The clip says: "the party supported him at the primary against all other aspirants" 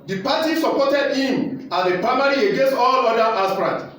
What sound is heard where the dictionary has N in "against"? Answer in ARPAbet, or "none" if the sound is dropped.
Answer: N